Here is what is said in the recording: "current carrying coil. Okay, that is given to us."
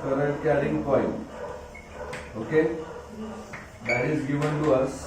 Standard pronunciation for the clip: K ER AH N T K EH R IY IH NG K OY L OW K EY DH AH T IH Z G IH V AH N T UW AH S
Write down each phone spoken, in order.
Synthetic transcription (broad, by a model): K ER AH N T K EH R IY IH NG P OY N OW K EY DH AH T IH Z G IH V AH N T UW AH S